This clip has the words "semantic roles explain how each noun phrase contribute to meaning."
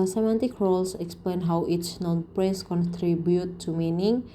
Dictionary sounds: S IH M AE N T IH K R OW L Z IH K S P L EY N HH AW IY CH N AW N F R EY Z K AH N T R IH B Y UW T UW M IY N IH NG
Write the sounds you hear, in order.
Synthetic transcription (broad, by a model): S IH M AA N T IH K R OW L S IH K S P L EY N HH AW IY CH N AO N P R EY S K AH N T R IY B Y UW T UW M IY N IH NG